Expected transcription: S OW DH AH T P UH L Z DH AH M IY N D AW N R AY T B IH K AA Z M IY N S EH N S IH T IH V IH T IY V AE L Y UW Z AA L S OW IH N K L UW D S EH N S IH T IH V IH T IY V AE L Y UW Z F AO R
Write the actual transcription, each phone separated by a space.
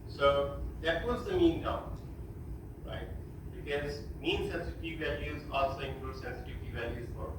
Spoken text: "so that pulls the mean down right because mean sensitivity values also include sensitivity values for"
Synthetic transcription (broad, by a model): S OW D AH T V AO Z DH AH M IY N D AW R AY T B IH K AA Z M IY N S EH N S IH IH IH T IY V AE L Y UW Z AA L S OW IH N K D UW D S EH N S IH T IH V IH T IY V AE L Y UW Z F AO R